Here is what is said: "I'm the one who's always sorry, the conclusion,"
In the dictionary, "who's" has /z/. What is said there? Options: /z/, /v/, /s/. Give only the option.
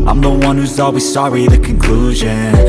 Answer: /z/